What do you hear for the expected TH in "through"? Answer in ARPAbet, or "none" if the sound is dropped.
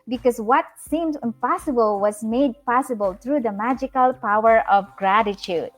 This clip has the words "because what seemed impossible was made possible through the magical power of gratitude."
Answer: T